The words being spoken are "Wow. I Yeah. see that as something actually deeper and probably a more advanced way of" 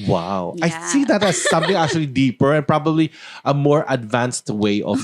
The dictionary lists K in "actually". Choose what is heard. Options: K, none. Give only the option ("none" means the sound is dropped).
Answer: K